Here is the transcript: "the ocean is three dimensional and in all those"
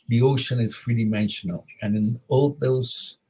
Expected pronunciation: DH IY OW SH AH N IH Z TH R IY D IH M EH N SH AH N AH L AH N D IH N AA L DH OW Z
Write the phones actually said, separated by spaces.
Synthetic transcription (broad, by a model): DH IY OW SH AH N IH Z F R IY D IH M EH N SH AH N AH L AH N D IH N AA L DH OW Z